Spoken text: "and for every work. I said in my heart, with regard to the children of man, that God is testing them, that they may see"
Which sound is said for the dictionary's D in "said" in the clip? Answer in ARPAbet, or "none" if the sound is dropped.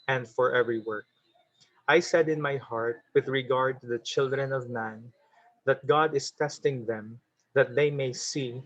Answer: D